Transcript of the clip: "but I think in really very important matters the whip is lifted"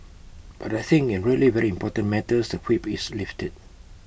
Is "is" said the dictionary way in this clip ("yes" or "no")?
no